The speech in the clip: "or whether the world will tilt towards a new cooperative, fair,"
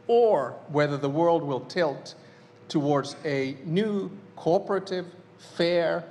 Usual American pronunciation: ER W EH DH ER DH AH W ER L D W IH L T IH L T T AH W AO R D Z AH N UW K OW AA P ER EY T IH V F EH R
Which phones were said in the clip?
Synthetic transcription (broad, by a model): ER W EH DH ER DH AH W ER L D W IH L T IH L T T AH W AO R D Z AH N UW K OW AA P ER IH T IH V F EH R